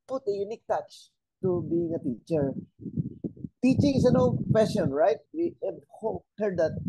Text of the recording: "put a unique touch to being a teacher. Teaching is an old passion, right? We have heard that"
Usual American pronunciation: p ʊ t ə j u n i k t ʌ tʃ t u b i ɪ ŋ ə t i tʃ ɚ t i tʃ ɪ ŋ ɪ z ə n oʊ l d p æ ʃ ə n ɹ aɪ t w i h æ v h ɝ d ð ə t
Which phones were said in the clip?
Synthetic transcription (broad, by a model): p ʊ t ə j u n i k t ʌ tʃ t u b i ɪ ŋ ə t i tʃ ɚ t i tʃ ɪ ŋ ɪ s ə n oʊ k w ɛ s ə n ɹ aɪ t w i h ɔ h ɝ d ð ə t